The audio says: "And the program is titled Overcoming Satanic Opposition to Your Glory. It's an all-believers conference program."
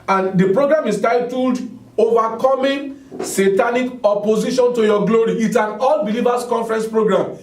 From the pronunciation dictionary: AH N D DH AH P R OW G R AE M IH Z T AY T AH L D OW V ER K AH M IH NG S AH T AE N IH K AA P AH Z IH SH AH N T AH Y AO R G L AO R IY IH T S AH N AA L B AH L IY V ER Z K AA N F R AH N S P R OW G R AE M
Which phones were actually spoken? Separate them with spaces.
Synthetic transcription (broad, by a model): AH N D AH P R OW G R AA M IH S T AY T AH L D OW V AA K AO M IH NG S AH T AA N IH K AA P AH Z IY SH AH N T AH Y AO G L AO R IY IH T S AH N AA L B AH L IY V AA S K AA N F R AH N S P R OW G R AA M